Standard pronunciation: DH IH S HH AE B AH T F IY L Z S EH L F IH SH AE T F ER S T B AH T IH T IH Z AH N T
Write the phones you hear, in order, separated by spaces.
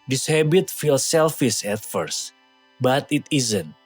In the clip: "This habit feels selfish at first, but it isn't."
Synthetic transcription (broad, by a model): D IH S HH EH B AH T F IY L S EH L F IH S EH T F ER S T B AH T IH T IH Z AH N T